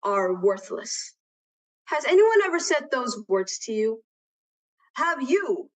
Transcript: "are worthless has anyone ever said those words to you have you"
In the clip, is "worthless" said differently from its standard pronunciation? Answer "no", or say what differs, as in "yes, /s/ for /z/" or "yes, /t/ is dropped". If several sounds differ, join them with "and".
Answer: no